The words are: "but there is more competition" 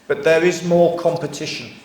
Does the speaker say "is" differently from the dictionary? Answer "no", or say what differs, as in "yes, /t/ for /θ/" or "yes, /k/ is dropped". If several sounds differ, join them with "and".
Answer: no